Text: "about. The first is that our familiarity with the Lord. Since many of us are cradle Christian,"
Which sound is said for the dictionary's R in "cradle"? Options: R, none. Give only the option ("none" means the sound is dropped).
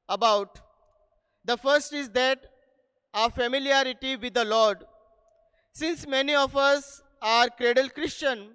R